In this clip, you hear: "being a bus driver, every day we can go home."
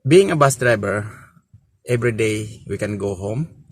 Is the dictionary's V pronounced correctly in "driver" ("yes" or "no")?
no